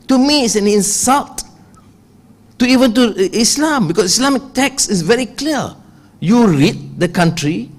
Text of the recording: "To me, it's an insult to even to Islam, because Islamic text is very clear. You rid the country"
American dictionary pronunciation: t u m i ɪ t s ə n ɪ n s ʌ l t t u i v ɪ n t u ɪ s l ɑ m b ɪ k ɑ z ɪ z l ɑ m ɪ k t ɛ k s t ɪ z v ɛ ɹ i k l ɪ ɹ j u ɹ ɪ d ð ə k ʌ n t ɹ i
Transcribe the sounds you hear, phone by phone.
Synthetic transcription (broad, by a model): t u m i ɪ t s ə n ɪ n s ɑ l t t u i v ɪ n t u ɪ s l ɑ m b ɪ k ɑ s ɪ s l ɑ m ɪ k t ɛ k s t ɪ s v ɛ ɹ i k l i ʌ j u ɹ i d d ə k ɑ n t ɹ i